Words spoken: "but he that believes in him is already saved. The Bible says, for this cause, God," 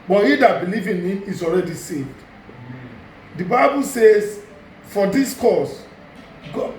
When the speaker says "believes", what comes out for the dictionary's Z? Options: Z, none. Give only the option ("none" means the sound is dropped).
none